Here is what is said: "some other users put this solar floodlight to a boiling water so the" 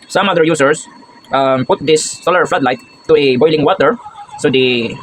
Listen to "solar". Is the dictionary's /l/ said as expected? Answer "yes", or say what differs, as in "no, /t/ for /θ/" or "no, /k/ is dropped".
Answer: yes